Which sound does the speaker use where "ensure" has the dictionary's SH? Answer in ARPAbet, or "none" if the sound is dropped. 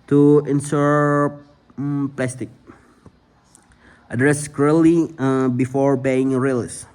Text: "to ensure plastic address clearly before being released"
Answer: S